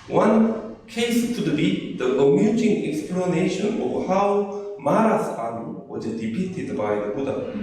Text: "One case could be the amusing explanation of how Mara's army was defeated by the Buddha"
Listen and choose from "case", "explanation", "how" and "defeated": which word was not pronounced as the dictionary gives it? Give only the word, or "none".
defeated